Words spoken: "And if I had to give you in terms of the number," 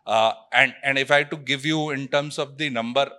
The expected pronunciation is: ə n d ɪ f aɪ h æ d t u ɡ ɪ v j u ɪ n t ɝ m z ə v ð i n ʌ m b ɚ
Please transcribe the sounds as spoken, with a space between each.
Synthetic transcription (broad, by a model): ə n d ɪ f aɪ t u ɡ ɪ v j u ɪ n t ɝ m s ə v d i n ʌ m b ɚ